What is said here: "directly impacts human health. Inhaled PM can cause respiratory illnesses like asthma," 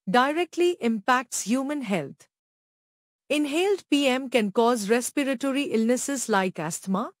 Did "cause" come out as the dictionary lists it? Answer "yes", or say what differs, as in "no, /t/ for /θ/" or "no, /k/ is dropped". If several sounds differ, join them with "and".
yes